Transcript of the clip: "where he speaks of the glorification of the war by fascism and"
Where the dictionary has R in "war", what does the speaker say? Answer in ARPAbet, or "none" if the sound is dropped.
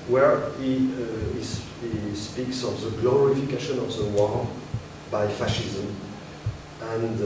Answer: L